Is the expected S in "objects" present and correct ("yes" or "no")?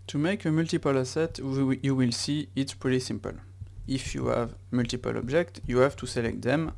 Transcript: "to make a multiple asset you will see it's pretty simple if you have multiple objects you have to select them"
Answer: no